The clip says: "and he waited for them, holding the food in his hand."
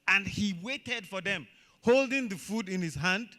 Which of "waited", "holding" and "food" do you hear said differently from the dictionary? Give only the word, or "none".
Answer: none